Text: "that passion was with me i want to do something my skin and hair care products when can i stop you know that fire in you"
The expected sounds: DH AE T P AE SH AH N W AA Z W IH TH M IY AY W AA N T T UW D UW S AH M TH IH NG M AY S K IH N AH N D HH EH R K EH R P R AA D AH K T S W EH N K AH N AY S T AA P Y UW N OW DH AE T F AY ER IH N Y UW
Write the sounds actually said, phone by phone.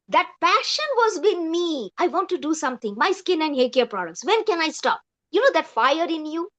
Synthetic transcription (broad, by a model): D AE T P AE SH AH N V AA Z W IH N M IY AY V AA N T T UW D UW S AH M T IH NG M AY S K IH N AH N D HH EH L K EH R P R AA D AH K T S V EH N K AH N AY S T AA P Y UW N OW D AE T F AY ER IH N Y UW